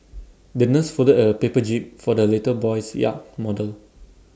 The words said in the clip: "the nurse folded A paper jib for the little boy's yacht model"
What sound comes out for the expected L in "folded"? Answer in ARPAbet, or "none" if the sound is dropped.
none